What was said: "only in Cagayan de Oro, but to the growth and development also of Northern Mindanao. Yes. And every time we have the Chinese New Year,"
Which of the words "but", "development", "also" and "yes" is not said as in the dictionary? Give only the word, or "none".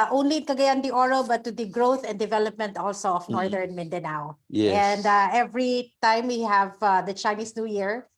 yes